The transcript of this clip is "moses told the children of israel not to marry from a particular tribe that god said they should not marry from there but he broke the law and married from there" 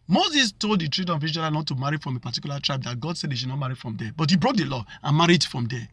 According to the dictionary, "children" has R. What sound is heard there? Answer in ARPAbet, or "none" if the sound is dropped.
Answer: none